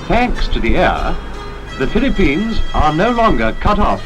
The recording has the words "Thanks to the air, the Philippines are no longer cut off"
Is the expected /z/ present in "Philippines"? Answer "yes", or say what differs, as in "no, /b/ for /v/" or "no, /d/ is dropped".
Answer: yes